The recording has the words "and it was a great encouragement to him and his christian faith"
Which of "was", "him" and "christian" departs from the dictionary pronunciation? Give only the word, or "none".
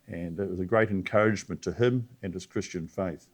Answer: none